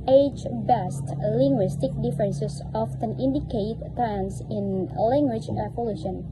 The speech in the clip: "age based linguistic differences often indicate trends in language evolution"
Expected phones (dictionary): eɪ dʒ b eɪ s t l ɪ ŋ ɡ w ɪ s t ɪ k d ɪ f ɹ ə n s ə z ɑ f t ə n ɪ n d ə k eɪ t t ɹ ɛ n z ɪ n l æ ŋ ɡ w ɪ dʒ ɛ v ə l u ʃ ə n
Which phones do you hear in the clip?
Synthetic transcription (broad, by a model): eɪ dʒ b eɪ s t l ɪ ŋ ɡ w ɪ s t ɪ k d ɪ f ɹ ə n s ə s ɑ f t ə n ɪ n d ə k eɪ t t ɛ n s ɪ n l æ ŋ ɡ w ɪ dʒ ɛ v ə l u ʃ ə n